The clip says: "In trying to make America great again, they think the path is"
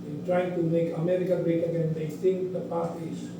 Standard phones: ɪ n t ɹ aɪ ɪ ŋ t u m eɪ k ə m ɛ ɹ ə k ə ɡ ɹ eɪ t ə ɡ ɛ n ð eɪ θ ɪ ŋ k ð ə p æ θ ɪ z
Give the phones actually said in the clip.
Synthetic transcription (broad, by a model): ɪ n t ɹ aɪ ɪ ŋ t u m eɪ k ə m ɛ ɹ ə k ə ɡ ɹ eɪ t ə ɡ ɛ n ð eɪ t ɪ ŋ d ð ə p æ s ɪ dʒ